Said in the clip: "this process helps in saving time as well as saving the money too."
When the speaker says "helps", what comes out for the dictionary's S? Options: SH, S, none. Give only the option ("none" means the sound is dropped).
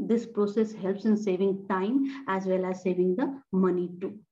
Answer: S